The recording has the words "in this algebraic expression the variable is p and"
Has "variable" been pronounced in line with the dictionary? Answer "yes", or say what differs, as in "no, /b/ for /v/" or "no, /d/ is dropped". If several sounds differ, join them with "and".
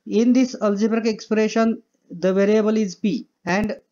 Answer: yes